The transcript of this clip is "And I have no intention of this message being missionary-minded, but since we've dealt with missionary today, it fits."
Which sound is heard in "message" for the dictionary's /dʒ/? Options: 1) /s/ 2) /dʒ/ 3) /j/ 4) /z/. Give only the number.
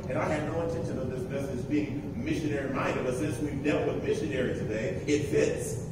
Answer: 4